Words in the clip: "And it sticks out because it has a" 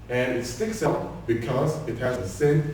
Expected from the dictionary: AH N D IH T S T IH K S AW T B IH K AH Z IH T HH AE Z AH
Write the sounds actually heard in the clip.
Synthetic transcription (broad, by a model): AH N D IH T S T IH K S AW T B IH K AH Z IH T HH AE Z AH